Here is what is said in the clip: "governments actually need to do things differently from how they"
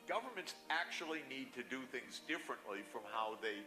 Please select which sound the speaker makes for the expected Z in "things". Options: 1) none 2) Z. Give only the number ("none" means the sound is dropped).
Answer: 2